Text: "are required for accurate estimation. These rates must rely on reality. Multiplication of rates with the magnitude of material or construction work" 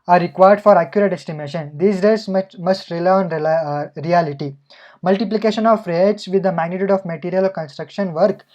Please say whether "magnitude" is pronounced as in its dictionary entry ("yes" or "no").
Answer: yes